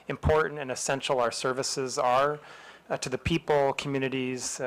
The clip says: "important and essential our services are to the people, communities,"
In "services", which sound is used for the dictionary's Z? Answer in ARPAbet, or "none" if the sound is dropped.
Z